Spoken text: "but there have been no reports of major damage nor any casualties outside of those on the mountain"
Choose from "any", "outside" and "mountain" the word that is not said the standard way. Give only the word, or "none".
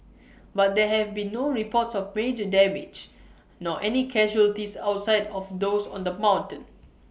none